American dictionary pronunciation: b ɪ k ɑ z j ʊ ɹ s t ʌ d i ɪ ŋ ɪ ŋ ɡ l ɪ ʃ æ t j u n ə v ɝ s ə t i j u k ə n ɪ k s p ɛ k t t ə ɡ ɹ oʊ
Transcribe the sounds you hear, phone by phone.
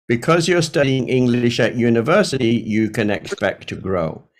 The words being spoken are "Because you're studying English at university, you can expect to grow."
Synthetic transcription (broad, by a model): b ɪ k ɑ z j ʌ ɹ s t ʌ d i ɪ ŋ ɪ ŋ ɡ l ɪ ʃ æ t j u n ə v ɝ s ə t i j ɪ k ə n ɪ k s p ɛ k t t ə ɡ ɹ oʊ